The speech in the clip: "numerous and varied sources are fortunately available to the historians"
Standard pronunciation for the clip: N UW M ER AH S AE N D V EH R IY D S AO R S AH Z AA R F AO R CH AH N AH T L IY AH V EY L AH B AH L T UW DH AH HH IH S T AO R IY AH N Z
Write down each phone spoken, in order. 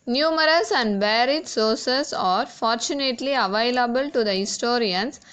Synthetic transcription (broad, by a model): N UW M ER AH S AE N D B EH R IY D S AO R S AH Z AA R F AO R CH AH N AH T L IY AH V EY L AH B AH L T UW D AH HH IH S T AO R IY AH N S